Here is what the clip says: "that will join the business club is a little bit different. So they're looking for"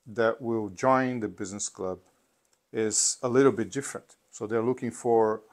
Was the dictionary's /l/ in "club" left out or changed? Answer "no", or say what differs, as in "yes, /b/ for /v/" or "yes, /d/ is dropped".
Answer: no